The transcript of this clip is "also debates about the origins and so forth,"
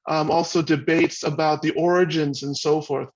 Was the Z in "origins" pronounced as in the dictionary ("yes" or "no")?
yes